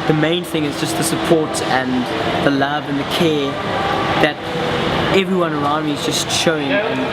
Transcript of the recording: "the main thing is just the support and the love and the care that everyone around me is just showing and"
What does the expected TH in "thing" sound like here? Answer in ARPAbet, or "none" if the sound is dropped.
TH